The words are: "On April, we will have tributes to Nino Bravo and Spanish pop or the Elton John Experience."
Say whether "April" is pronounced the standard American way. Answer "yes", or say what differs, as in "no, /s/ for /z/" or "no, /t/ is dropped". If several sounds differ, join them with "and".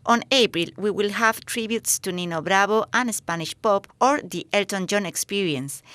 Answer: yes